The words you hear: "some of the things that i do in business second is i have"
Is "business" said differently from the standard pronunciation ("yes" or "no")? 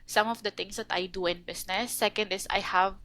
yes